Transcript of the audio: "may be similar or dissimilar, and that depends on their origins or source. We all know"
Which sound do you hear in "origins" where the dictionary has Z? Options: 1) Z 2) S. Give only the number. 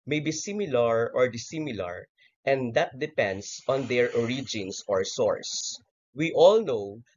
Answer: 2